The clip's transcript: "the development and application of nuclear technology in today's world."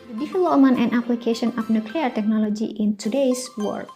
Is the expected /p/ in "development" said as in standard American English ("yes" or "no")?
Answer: no